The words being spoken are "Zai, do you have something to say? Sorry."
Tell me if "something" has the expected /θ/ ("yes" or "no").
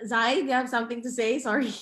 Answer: yes